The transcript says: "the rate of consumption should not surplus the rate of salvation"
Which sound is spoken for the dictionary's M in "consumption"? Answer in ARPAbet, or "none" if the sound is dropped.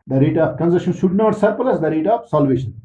none